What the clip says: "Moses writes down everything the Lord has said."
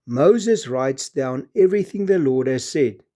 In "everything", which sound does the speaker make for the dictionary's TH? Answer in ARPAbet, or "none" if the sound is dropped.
TH